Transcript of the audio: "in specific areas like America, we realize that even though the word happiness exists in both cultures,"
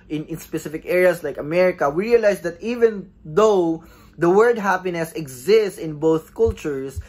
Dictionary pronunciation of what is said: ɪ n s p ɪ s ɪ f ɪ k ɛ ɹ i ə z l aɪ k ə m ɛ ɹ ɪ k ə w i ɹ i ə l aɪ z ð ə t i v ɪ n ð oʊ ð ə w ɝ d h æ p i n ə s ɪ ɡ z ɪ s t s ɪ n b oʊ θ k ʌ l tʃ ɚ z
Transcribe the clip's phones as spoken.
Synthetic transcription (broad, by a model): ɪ n s p ɪ s ɪ f ɪ k ɛ ɹ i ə s l aɪ k ə m ɛ ɹ ɪ k ə w i ɹ i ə l aɪ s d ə t i v ɪ n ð oʊ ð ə w ɝ d h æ p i n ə s ɪ ɡ z ɪ s t s ɪ n b oʊ θ k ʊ l tʃ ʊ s